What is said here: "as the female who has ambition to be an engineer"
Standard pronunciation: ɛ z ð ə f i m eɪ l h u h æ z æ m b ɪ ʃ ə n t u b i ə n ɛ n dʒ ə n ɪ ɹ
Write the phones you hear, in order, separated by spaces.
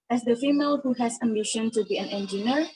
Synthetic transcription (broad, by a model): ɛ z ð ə f i m eɪ l h u h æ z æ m ɪ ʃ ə n t u b i ə n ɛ n dʒ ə n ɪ ɹ